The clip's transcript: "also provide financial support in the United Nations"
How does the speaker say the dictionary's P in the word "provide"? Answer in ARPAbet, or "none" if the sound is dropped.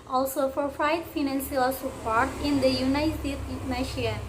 F